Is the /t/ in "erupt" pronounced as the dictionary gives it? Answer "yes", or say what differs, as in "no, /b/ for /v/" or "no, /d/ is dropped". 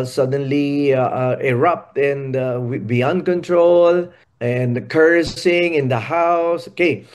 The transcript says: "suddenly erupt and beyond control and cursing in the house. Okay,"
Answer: yes